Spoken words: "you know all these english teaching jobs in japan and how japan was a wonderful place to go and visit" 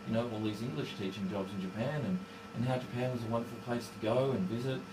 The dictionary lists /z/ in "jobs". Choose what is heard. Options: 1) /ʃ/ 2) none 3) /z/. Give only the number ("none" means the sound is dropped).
3